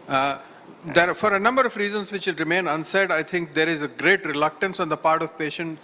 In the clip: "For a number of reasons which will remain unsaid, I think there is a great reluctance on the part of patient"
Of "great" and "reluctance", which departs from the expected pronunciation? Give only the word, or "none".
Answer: none